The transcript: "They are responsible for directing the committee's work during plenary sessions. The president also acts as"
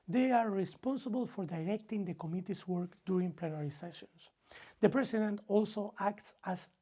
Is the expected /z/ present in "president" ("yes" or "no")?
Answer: no